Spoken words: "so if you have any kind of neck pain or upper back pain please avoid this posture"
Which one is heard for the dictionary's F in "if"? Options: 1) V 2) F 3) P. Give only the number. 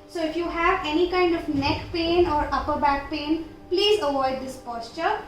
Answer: 2